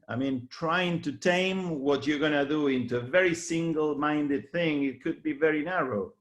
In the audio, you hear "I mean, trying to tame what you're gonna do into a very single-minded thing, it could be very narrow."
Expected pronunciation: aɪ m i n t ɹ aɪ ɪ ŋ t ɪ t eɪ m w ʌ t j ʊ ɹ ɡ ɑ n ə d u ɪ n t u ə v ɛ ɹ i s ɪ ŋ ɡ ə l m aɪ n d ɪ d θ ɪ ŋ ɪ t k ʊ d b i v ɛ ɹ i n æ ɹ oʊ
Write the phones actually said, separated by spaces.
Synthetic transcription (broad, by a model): aɪ m i n t ɹ aɪ ɪ ŋ t ɪ t eɪ m w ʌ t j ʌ ɹ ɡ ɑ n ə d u ɪ n t u ə v ɛ ɹ i s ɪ ŋ ɡ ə l m aɪ n d ɪ d θ ɪ ŋ ɪ t k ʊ d b i v ɛ ɹ i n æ ɹ oʊ